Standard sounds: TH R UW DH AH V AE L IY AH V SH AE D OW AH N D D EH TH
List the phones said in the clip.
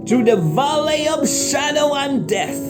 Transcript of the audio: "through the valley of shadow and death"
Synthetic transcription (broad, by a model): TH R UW DH AH V AE L IY AH V SH AE D OW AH N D D EH TH